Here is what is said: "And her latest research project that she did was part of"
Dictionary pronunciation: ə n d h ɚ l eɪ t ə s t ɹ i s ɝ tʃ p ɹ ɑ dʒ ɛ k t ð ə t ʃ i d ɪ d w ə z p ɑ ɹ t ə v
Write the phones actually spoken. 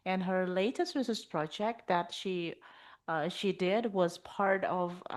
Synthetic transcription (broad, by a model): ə n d h ɚ l eɪ t ə s t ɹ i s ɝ s p ɹ ɑ dʒ ɛ k t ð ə t ʃ i d ɪ d w ə z p ɑ ɹ t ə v